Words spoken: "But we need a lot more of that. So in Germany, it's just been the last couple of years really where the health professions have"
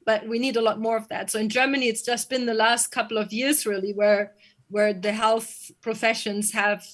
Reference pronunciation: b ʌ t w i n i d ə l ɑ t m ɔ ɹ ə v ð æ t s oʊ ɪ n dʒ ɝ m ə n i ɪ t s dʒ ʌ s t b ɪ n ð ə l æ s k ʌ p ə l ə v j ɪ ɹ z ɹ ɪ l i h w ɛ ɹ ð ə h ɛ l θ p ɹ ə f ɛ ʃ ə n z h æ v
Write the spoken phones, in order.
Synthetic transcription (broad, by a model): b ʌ t w i n i d ə l ɑ t m ɔ ɹ ə v ð æ t s oʊ ɪ n dʒ ɝ m ə n i ɪ t s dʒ ʌ s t b ɪ n ð ə l æ s k ʌ p l ə v j ɪ ɹ z ɹ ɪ l i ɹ w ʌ ɹ ð ə h ɛ l θ p ɹ ə f ɛ ʃ ə n z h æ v